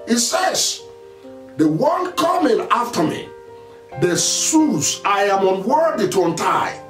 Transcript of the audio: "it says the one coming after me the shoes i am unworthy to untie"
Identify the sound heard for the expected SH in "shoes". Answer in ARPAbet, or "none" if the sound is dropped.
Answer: S